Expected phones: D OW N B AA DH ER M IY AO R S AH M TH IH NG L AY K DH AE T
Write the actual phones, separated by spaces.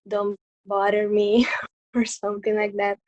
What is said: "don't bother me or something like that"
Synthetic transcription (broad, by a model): D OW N B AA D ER M IY AO R S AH M T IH NG L AY K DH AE T